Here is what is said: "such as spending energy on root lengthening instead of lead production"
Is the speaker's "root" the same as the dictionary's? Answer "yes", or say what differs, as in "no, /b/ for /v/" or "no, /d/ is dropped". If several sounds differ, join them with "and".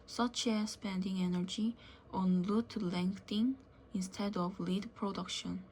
no, /l/ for /ɹ/